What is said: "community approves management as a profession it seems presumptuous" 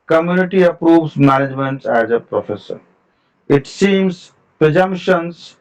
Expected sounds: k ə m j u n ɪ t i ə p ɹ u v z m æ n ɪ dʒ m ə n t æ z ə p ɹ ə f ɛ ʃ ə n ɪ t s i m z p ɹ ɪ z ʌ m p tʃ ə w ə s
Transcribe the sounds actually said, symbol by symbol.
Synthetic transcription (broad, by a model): k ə m j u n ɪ t i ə p ɹ u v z m æ n ɪ dʒ m ə n t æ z ə p ɹ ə f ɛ s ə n ɪ t s i m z p ɹ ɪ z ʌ m p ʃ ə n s